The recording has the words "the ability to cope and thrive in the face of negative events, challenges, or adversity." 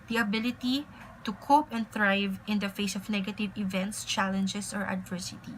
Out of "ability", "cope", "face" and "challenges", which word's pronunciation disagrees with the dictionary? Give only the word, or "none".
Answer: challenges